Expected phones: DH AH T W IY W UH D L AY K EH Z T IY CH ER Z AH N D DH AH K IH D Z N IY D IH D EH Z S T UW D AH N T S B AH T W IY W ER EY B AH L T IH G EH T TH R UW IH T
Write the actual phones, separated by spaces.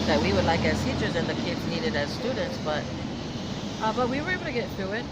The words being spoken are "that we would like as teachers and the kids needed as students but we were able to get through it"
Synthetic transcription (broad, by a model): DH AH T W IY W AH D L AY K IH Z T IY CH ER Z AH N DH AH K IH D Z N IY D IH D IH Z S T UW D N T S B AH T W IY W ER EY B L T IH G EH T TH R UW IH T